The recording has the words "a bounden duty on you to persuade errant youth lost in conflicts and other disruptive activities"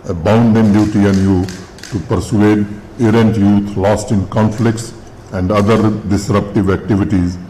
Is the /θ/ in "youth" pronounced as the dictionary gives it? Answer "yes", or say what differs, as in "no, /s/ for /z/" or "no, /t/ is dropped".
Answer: no, /t/ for /θ/